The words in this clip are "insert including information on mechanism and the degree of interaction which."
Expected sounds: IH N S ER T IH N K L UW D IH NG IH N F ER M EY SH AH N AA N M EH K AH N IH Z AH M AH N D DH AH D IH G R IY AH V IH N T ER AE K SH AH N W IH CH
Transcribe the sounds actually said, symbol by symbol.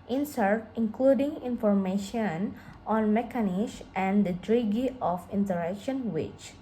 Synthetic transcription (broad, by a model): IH N S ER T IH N K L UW D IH NG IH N F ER M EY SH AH N AA N M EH K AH N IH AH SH AH N D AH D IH G IY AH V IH N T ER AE K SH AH N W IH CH